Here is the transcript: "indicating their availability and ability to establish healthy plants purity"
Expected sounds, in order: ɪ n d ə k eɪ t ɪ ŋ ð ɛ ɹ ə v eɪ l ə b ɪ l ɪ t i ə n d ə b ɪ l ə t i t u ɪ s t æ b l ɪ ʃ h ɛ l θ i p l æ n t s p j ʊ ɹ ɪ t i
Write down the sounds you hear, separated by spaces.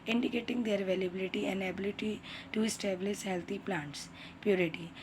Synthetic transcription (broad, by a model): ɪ n d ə k eɪ t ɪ ŋ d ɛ ɹ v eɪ l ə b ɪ l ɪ t i ə n d ə b ɪ l ə t i t u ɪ s t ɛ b l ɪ s h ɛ l t i p l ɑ n t s p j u ɹ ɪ t i